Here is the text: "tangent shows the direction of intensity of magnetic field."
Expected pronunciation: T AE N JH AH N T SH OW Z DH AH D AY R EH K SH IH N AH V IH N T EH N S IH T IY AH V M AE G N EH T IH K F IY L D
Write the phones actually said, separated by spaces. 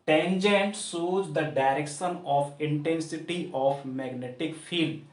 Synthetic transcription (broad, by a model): T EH N JH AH N T S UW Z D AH D AY R EH K SH IH N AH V IH N T EH N S IH T IY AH F M AE G N EH T IH K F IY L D